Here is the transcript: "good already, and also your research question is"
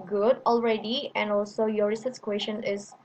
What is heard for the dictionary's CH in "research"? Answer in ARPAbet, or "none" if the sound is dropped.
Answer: S